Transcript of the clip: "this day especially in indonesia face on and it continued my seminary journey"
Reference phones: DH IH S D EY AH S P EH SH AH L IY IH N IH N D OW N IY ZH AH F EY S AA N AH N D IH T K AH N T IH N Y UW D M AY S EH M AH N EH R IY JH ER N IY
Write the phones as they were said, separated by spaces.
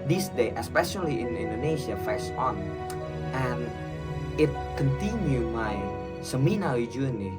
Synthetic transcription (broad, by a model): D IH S D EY AH S P EH SH AH L IY IH N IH N D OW N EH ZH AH F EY S AA N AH N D IH T K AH N T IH N Y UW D M AY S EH M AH N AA W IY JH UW N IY